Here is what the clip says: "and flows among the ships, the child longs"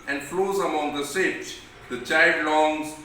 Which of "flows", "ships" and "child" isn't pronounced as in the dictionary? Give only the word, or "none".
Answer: ships